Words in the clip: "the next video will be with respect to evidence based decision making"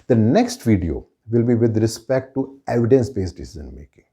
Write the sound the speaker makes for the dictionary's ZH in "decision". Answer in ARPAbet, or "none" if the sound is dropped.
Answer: Z